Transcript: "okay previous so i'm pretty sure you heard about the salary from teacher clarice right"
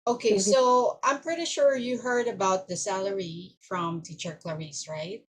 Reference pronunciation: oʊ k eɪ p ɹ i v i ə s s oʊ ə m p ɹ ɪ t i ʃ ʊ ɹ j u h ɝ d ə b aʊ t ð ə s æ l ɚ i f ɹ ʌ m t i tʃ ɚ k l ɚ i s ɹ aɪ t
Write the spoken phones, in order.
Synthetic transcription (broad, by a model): oʊ k eɪ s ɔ i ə ə m p ɹ ɪ t i ʃ ʊ ɹ j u h ɝ d ə b aʊ t ð ə s æ l ɚ i f ɹ ʌ m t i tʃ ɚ k l ɚ i s ɹ aɪ t